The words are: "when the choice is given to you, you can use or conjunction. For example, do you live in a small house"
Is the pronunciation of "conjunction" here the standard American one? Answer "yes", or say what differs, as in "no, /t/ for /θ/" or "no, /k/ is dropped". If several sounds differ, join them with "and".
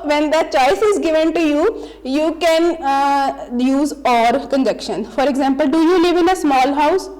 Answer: no, /ŋ/ is dropped